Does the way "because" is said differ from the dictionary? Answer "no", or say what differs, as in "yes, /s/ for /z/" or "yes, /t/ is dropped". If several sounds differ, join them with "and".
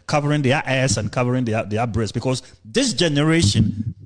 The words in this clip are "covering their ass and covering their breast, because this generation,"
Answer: yes, /s/ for /z/